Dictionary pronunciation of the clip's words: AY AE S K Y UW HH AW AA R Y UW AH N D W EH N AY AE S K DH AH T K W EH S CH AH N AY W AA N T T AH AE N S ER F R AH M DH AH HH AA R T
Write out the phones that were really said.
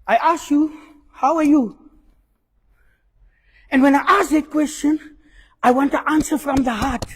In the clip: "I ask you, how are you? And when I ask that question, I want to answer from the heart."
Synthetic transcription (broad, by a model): AY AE S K Y UW HH AW AA R Y UW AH N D W EH N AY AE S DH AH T K W EH S CH AH N AY W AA N T T AH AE N S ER F R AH M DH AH HH AA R T